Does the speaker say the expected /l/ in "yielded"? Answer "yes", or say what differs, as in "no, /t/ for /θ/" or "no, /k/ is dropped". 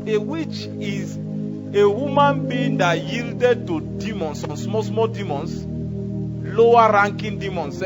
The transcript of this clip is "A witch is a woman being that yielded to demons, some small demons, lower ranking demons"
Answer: yes